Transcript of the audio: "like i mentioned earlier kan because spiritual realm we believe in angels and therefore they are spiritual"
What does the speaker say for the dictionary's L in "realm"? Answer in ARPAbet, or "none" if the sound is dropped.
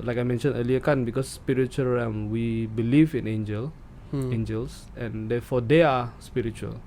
none